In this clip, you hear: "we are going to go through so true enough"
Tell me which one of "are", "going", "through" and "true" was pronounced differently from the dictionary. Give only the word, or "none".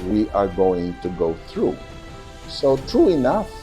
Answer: none